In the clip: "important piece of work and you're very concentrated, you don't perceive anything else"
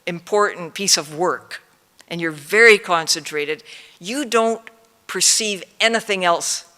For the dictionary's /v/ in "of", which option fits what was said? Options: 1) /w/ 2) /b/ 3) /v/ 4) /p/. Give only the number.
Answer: 3